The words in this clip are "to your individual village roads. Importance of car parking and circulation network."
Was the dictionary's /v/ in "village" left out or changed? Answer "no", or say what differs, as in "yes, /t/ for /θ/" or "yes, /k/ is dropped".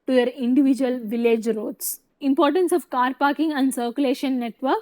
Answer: no